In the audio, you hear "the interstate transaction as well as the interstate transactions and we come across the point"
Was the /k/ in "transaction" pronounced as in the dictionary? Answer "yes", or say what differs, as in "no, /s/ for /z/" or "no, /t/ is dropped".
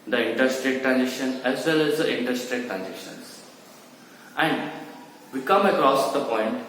no, /k/ is dropped